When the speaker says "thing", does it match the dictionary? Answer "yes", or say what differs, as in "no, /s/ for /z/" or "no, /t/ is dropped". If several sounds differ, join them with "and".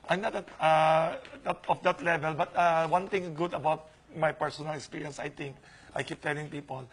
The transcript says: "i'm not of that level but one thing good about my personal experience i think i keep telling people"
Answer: no, /t/ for /θ/